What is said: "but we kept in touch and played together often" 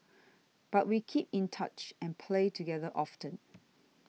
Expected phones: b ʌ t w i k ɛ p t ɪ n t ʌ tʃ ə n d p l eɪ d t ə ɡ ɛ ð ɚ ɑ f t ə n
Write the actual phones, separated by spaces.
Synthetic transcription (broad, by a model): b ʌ t w i k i p ɪ n t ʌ tʃ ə n p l eɪ t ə ɡ ɛ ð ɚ ɑ f t ə n